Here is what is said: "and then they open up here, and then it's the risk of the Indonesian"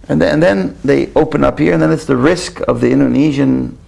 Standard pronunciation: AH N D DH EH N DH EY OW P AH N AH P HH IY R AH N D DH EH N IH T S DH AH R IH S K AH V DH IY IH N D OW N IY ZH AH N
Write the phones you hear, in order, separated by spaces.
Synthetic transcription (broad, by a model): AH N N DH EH N DH EY OW P AH N AH P HH IY R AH N DH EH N IH T S DH AH R IH S K AH V DH IY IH N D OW N IY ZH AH N